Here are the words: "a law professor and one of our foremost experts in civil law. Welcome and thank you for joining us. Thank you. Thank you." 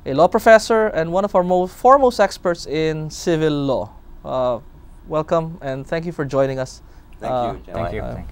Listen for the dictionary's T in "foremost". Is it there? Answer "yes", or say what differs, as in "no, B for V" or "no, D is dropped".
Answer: yes